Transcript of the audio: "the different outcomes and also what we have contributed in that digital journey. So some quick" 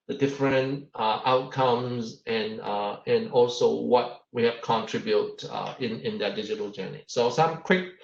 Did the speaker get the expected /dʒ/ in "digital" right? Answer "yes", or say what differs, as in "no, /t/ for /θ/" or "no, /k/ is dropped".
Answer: yes